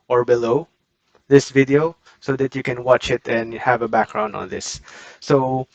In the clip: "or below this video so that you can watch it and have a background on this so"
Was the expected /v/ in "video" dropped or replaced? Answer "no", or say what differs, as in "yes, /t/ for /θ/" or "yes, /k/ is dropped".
no